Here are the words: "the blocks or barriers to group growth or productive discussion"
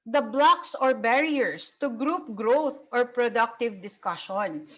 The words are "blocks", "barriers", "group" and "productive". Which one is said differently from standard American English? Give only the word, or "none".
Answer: barriers